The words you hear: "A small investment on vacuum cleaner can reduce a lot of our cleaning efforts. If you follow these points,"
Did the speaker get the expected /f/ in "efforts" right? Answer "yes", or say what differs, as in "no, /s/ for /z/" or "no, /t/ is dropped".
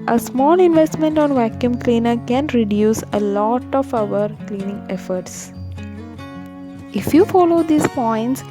yes